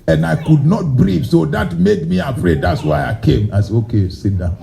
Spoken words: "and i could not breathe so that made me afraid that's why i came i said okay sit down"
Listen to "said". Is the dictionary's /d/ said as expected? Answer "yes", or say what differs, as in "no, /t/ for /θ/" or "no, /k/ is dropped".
no, /d/ is dropped